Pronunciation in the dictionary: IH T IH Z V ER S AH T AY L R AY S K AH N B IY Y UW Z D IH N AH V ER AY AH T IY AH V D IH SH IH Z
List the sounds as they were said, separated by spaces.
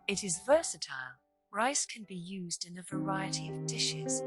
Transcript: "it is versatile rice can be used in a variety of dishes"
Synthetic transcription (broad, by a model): IH T IH Z V ER S AH T AY L R AY S K AH N B IY Y UW Z D IH N AH V ER AY AH T IY AH V D IH SH IH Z